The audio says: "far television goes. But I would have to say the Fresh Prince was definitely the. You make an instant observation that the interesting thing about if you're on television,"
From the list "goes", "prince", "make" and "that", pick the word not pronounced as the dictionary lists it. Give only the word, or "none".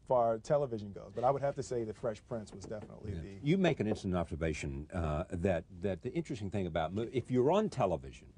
none